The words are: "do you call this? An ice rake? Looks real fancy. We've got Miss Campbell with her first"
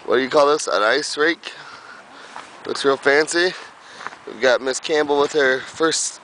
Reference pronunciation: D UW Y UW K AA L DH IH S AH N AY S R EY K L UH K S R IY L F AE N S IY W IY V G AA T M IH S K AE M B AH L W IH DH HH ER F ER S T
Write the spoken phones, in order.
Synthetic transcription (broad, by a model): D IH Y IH K AA L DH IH S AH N AY S R EY K W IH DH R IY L F AE N S IY W IY V G AA T M IH S K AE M B L W IH DH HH ER F ER S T